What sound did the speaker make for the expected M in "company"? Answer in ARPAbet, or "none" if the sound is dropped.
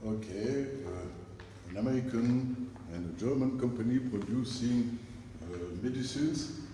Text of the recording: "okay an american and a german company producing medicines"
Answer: M